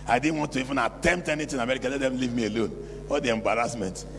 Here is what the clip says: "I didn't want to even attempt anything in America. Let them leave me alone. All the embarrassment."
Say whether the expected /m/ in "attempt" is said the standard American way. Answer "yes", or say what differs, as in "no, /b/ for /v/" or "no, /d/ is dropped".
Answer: yes